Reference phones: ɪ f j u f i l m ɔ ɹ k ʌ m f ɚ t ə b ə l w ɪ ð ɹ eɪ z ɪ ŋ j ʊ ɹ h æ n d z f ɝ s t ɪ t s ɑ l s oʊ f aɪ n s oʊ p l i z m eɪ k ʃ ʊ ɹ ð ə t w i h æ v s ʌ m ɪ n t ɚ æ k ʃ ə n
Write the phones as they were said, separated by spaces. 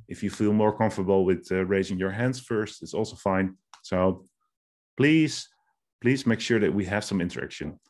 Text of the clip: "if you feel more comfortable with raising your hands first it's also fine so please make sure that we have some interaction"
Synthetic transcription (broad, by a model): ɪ f j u f i l m ɔ ɹ k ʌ m f ɚ b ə l w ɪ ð ɹ eɪ z ɪ ŋ j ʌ ɹ h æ n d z f ɝ s t ɪ t s ɑ l s oʊ f aɪ n s oʊ p l i z m eɪ k ʃ ʊ ɹ ð ə t w i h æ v s ʌ m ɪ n t ɚ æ k ʃ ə n